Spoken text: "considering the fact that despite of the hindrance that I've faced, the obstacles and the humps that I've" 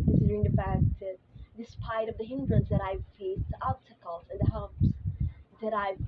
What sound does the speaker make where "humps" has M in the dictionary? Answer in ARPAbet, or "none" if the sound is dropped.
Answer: none